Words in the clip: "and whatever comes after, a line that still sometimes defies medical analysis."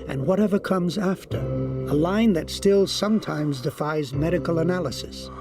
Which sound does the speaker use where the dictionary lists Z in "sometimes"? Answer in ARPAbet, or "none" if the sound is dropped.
Z